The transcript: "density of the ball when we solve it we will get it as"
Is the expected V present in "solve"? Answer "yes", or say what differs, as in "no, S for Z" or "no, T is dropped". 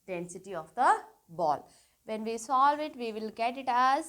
yes